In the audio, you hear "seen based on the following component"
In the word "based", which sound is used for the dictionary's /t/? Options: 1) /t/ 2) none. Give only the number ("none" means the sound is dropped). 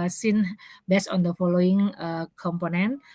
2